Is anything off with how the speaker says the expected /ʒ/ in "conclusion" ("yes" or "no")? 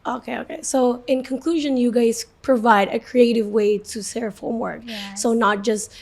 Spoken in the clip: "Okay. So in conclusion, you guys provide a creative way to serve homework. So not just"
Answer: no